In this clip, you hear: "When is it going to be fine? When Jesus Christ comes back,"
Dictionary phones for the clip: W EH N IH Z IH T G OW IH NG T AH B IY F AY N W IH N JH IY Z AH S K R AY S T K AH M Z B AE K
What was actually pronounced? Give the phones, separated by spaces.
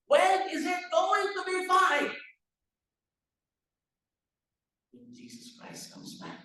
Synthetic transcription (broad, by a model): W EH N IH Z IH T G OW IH NG T AH B IY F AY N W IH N JH IY Z AH S K R AY S T K AH M Z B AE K